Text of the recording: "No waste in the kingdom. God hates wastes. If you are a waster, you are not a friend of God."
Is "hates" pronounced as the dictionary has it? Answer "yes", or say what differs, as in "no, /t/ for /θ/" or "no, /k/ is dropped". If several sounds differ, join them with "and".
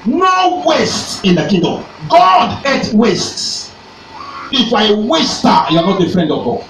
no, /s/ is dropped